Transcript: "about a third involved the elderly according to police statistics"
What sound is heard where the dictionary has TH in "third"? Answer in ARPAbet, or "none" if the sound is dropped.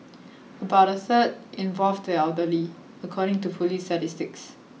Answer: S